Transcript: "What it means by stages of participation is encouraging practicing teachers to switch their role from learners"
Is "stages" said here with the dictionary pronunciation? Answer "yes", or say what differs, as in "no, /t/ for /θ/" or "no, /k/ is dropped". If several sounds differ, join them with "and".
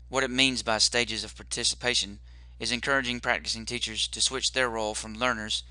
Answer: yes